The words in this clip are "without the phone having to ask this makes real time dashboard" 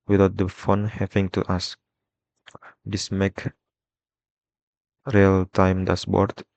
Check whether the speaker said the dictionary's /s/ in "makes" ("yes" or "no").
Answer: no